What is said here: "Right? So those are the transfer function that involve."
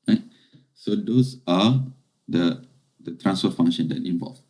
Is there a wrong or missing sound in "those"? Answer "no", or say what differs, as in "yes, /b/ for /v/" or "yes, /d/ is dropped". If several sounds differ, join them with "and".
yes, /s/ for /z/